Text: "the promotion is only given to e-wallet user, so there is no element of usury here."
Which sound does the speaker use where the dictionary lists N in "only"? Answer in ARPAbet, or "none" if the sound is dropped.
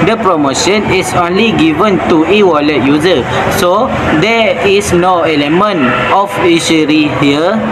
N